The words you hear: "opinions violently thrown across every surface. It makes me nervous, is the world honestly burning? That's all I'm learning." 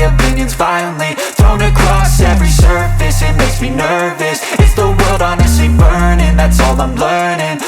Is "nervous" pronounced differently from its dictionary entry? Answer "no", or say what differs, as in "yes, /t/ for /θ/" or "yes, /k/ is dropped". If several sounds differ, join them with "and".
no